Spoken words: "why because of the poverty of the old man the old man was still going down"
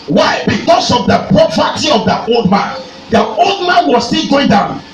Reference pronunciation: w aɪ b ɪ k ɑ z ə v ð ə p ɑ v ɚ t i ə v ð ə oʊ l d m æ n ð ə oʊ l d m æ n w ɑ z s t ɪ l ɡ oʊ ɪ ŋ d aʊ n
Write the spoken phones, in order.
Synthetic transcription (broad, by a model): w aɪ b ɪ k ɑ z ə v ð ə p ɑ p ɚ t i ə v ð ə oʊ l d m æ n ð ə oʊ l d m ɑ n w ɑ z s t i l ɡ oʊ ɪ ŋ d aʊ n